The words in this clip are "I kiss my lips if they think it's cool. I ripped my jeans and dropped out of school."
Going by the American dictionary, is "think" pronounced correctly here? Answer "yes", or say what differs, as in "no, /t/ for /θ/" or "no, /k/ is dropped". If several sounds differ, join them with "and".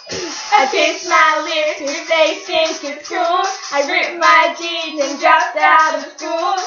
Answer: no, /s/ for /θ/